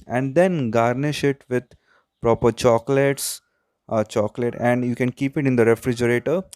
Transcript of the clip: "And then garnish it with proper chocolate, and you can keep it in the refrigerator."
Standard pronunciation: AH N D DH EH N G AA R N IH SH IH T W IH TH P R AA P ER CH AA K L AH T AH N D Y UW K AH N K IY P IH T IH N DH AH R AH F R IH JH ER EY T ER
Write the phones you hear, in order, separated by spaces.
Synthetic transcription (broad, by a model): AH N D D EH N G AA R N IH SH IH T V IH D P R AA P ER CH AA K L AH T AH N D Y UW K AH N K IY P IH T IH N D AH R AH F R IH JH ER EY T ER